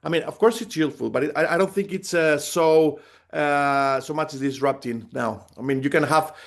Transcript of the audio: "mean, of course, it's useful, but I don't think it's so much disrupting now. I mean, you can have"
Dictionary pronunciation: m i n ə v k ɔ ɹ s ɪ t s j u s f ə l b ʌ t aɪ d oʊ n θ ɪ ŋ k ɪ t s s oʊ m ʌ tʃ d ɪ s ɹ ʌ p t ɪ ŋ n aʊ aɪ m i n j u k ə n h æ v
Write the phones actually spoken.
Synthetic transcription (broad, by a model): m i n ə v k ɔ ɹ s ɪ t s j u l f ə l b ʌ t aɪ d oʊ n θ ɪ ŋ k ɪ t s s oʊ m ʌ tʃ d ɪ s ɹ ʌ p t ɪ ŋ n aʊ aɪ m i n j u k ə n h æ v